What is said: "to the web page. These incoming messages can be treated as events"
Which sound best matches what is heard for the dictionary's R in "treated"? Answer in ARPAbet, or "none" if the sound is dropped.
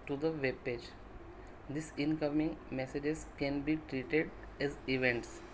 R